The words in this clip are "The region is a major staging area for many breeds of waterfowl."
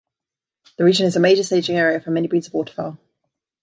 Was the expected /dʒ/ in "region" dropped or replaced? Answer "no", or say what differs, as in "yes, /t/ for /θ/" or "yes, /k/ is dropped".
no